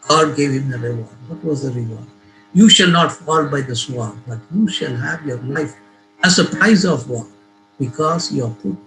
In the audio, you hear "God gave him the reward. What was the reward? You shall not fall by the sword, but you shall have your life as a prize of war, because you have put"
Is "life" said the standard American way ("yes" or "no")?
yes